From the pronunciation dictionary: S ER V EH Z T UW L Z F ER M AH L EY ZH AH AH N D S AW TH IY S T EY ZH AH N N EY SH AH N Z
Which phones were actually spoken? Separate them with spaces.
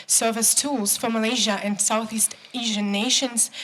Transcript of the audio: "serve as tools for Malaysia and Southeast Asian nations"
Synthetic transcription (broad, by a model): S ER V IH S T UW L Z F ER M AH L EY ZH AH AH N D S AW TH IY S T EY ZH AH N N EY SH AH N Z